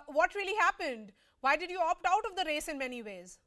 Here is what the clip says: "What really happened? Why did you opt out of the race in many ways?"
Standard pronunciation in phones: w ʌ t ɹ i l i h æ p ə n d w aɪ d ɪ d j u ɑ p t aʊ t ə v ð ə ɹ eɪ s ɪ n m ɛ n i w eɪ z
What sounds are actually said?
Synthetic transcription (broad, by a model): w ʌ t ɹ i l i h æ p ə n d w aɪ d ɪ d j u ɑ p t aʊ t ə v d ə ɹ eɪ s ɪ n m ɛ n i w eɪ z